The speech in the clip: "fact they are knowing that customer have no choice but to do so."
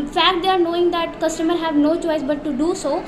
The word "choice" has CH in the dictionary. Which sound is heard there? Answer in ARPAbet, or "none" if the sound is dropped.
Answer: CH